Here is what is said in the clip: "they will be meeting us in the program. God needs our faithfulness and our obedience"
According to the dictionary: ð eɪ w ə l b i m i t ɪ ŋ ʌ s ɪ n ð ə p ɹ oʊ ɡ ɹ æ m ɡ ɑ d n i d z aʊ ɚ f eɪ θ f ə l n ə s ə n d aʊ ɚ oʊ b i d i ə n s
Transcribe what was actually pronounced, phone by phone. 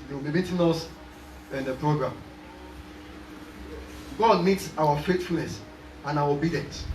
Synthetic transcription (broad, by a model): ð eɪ w ə l b i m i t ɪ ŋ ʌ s ɪ n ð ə p ɹ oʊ ɡ ɹ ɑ m ɡ ɑ d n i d s aʊ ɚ f eɪ t f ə l n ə s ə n aʊ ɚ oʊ b i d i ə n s